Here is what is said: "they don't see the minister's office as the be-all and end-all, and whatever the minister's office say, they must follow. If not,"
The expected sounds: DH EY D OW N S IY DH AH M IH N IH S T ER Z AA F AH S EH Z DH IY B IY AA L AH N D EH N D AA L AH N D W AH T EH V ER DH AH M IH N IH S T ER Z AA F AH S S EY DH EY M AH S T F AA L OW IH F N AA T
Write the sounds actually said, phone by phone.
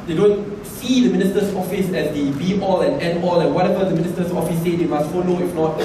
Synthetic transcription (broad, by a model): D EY D OW N S IY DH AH M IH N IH S T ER S AA F AH S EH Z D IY B IY AA L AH N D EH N AA L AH N W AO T EH V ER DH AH M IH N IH S T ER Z AA F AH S S EY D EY M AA S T F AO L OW IH F N AA T